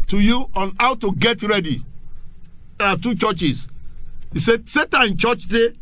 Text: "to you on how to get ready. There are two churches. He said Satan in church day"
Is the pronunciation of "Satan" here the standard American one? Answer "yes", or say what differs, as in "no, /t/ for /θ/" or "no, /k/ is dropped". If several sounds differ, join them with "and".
no, /n/ is dropped